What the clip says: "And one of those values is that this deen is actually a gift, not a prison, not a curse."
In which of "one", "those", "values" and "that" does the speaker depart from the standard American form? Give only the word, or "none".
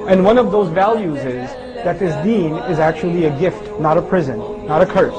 none